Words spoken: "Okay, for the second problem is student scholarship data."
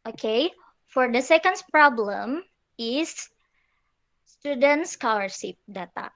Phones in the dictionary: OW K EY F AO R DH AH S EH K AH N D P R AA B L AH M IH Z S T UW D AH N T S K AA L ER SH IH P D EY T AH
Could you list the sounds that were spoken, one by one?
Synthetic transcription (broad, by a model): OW K EY F AO R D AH S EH K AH N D P R AA B L AH M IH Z S T UW D AH N T S K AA W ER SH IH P D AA T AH